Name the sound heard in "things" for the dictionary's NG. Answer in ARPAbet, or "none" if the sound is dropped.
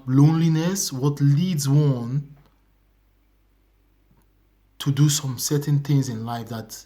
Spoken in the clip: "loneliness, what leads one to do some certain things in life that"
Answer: NG